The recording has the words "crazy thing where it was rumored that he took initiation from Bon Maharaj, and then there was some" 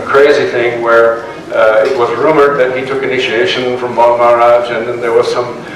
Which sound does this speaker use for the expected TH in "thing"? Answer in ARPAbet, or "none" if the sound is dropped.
TH